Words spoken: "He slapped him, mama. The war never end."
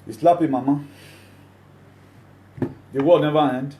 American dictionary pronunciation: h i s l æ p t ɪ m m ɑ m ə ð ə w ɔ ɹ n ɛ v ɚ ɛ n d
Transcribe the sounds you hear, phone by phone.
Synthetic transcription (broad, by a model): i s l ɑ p ɪ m m ɑ m ə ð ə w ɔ l n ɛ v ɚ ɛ n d